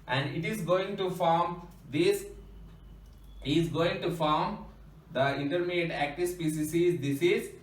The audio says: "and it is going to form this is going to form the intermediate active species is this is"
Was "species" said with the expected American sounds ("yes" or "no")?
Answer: no